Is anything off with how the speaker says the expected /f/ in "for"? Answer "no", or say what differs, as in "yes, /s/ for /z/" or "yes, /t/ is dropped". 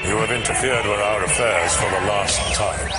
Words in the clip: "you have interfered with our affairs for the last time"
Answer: no